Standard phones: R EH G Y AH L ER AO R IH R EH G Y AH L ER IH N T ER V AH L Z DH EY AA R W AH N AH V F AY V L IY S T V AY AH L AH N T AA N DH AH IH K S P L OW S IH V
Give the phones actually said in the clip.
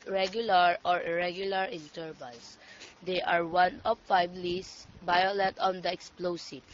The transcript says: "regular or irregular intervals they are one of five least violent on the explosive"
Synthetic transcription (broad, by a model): R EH G Y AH L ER AO R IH R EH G Y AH L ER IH N T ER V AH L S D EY AA R W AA N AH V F AY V L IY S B AY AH L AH T AA N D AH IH K S P L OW S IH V